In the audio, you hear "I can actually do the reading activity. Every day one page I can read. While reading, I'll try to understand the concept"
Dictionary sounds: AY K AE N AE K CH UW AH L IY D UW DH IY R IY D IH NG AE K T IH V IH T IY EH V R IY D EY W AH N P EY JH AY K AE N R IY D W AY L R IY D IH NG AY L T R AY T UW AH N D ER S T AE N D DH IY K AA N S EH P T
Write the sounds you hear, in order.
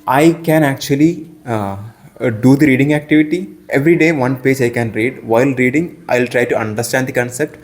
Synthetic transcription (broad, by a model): AY K AE N AE K CH UW AH L IY D UW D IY R IY D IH NG AE K T IH V IH T IY EH V R IY D EY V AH N P EY JH AY K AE N R IY D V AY L R IY D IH NG AY L T R AY T UW AH N D ER S T AE N D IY K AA N S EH P T